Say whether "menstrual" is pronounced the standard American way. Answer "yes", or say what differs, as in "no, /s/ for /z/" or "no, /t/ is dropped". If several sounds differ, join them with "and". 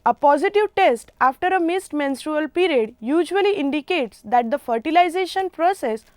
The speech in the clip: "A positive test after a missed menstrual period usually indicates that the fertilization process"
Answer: yes